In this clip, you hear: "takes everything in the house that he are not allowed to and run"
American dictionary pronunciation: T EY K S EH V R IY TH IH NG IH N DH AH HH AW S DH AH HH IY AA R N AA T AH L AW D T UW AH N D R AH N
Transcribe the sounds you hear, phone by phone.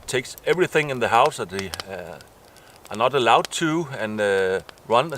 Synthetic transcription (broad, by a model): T EY K S EH V R IY TH IH NG IH N DH AH HH AW S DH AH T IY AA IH N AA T AH L AW D T UW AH N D R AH N